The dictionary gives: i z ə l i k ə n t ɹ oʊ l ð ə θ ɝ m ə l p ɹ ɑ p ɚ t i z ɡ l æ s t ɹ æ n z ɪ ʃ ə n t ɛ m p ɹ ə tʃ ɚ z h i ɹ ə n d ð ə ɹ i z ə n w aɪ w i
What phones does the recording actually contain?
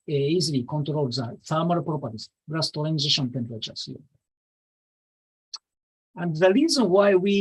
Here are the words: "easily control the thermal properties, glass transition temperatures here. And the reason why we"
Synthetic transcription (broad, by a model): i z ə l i k ə n t ɹ oʊ l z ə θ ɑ m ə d p ɹ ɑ p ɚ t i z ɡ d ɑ s t l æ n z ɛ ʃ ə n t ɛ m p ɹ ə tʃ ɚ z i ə n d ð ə ɹ i z ə n w aɪ w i